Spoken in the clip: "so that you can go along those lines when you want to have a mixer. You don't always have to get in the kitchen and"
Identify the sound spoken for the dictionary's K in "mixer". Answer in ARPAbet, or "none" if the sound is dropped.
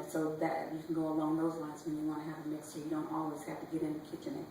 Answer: none